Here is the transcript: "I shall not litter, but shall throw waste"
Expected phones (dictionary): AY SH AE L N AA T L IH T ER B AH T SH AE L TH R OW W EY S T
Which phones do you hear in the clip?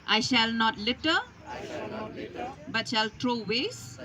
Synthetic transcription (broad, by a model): AY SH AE L N AA T L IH T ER B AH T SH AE L T R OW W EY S